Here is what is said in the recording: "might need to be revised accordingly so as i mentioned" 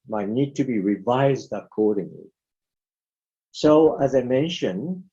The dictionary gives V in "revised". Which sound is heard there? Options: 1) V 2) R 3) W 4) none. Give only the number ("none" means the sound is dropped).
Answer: 1